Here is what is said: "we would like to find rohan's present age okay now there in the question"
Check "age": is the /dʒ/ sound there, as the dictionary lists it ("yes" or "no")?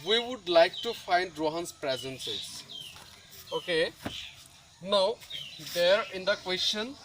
no